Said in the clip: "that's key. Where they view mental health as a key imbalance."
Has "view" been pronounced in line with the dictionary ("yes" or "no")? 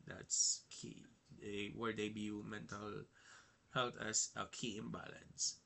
no